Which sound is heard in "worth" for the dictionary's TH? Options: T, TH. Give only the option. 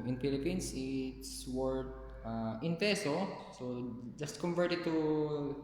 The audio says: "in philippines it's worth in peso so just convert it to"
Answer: T